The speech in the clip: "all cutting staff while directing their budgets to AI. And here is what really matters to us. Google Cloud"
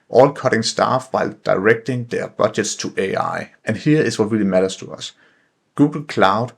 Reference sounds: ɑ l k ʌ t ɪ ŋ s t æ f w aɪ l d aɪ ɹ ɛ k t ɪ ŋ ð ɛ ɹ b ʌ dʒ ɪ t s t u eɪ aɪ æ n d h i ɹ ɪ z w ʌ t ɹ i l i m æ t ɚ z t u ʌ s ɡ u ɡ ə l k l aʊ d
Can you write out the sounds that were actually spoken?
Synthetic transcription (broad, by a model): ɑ l k ʌ t ɪ ŋ s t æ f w aɪ l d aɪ ɹ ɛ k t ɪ ŋ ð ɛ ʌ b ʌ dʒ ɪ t s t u eɪ aɪ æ n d h i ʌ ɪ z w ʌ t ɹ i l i m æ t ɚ s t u ʌ s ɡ u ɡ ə l k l aʊ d